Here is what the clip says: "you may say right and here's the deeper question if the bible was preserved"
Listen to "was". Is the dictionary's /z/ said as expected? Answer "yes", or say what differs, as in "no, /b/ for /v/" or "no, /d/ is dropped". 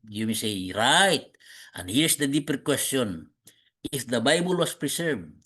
no, /s/ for /z/